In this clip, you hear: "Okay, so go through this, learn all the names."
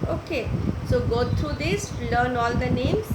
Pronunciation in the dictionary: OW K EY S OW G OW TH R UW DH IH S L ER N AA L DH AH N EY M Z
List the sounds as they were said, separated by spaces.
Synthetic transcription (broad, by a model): OW K EY S OW G OW T R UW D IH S L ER N AA L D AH N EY M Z